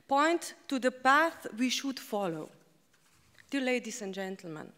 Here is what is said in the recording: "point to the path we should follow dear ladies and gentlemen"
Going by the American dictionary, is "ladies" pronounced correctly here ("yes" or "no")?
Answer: no